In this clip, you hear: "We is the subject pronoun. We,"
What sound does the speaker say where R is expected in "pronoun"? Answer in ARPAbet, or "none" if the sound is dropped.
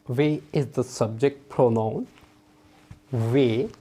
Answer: R